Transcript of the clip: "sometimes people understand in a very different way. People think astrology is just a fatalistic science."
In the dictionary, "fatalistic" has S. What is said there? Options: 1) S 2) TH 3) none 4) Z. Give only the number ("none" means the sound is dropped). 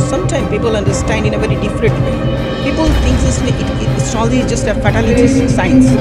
3